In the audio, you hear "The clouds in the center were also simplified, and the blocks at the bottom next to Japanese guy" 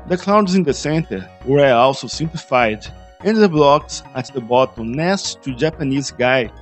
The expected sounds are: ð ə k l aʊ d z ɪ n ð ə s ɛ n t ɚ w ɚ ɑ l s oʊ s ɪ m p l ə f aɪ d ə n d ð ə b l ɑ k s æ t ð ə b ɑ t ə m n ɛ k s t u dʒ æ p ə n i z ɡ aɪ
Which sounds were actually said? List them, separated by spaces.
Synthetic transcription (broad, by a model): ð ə k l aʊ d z ɪ n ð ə s ɛ n t ɚ w ɚ ɑ l s oʊ s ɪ m p l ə f aɪ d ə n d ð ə b l ɑ k s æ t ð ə b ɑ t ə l n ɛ s t u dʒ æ p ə n i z ɡ aɪ